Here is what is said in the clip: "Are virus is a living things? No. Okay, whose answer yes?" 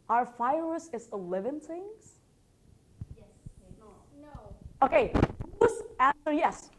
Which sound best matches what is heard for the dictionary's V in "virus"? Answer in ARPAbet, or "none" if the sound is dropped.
F